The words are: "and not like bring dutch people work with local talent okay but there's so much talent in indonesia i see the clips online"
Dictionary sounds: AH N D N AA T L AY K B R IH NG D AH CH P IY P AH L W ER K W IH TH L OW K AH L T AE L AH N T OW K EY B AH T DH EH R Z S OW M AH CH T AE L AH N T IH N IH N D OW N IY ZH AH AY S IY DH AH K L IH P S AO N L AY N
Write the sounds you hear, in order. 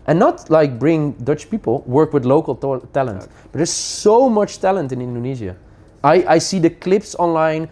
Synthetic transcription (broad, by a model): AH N N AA T L AY K B R IH NG D AH CH P IY P AH L W ER K W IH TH L OW K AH L T AE L AH N T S B AH T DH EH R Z S OW M AH CH T AE L AH N T IH N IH N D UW N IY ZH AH AY S IY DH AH K L IH P S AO N L AY N